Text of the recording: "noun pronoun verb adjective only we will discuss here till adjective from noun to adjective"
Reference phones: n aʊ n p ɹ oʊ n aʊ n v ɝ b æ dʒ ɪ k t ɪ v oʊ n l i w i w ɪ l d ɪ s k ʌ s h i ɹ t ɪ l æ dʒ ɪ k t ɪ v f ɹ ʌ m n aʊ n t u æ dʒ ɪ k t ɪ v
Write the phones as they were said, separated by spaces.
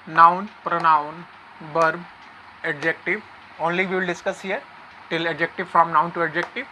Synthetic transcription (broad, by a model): n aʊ n p ɹ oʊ n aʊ n b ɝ b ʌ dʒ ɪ k t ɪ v oʊ n l i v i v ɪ l d ɪ s k ʌ s h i ɹ t ɪ l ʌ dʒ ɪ k t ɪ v f ɹ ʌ m n aʊ n t u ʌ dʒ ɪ k t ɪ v